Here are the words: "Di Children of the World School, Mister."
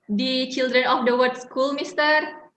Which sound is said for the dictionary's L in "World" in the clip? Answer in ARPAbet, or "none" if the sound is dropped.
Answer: none